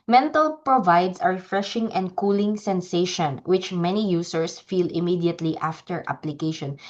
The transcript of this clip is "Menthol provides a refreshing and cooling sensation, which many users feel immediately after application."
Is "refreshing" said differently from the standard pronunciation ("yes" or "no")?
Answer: no